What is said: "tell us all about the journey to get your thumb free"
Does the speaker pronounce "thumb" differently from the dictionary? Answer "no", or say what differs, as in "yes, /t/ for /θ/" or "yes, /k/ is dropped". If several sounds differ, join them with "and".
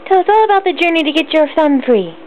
yes, /s/ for /θ/